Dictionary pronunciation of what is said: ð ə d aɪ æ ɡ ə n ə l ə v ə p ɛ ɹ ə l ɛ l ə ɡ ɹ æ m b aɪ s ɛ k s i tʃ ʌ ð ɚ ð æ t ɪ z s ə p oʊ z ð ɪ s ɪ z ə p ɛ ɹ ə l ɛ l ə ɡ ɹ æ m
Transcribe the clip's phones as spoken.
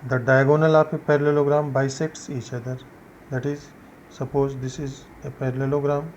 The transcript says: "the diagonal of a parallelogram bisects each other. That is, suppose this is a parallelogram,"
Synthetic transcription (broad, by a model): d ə d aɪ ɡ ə n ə l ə p ə p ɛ ɹ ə l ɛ l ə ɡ ɹ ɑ m b aɪ s ɛ k s i tʃ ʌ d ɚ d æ t ɪ z s ə p oʊ z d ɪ s ɪ z ə p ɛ ɹ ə l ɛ l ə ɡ ɹ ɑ m